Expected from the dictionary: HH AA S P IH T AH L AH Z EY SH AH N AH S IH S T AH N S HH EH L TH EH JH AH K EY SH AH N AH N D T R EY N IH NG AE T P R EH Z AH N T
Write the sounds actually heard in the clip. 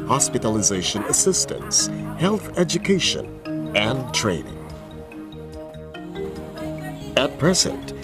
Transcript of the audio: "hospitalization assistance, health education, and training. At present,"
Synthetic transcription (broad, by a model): HH AA S P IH T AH L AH Z EY SH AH N AH S IH S T AH N S HH EH L TH EH JH AH K EY SH AH N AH N T R EY N IH NG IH T P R EH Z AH N T